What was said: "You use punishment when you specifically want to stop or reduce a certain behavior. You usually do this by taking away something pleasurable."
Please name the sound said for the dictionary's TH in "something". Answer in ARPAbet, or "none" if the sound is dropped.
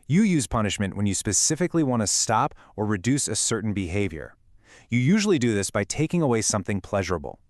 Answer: TH